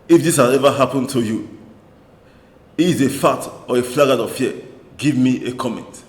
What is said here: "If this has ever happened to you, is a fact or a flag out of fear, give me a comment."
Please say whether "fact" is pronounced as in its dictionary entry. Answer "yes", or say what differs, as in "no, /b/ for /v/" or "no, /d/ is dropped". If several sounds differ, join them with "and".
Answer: no, /k/ is dropped